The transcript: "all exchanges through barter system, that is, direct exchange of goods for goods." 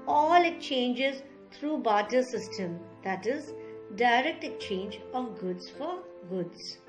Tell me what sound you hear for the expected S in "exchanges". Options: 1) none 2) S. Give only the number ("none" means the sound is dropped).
1